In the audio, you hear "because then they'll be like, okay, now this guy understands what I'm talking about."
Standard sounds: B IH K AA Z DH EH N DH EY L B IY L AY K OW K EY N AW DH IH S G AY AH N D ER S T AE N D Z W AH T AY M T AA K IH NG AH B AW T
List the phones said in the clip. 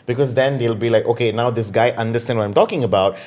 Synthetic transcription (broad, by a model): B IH K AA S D EH N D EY L B IY L AY K OW K EY N AW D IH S G AY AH N D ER S T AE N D W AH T AY M T AA K IH NG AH B AW T